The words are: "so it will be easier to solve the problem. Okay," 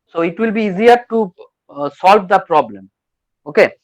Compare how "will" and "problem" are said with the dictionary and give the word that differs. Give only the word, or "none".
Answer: none